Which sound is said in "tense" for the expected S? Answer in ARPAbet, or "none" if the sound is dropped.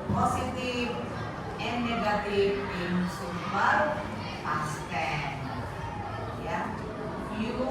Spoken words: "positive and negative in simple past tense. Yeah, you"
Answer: none